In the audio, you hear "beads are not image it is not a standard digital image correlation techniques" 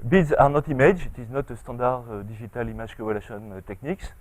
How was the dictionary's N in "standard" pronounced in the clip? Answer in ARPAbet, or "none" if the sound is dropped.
none